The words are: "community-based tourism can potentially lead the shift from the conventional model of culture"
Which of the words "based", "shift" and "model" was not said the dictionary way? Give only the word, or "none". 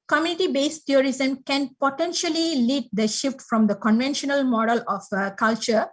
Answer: none